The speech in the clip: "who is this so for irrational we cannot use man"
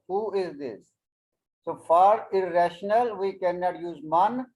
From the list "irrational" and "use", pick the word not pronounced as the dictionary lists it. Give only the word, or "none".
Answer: none